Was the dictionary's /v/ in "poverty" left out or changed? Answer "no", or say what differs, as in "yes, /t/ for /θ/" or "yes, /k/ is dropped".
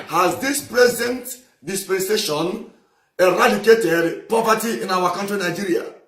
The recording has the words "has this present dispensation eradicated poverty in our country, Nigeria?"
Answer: yes, /p/ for /v/